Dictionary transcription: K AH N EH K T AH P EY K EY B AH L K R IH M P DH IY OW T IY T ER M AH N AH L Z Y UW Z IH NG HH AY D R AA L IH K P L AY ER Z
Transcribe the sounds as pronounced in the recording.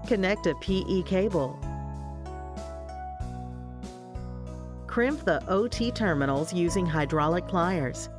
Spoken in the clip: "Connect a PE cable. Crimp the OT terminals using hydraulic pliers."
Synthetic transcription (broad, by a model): K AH N EH K T AH P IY K EY B L K R IH M P DH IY OW T IY T ER M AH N L Z Y UW Z IH NG HH AY D R AA L IH K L AY ER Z